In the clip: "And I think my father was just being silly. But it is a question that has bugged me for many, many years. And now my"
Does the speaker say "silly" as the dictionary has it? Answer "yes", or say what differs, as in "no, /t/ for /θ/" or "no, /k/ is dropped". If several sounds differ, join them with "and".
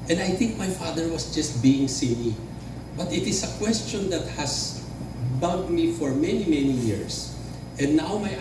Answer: no, /n/ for /l/